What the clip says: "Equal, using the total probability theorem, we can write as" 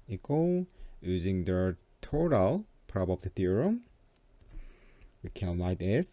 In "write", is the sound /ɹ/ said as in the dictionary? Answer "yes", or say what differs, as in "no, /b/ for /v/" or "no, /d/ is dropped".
no, /l/ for /ɹ/